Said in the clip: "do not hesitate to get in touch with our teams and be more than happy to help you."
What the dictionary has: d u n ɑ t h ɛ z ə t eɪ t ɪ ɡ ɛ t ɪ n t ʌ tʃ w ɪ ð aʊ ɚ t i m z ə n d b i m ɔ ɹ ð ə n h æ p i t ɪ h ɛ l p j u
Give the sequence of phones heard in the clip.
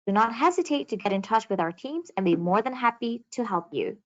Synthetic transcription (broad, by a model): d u n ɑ t h ɛ z ə t eɪ t ɪ ɡ ɛ t ɪ n t ʌ tʃ w ɪ ð aʊ ɚ t i m z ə n b i m ɔ ɹ ð ə n h æ p i t ɪ h ɛ l p j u